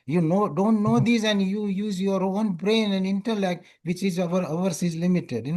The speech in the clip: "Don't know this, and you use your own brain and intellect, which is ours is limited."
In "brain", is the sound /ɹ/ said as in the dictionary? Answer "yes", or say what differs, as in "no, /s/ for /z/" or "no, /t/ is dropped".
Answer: yes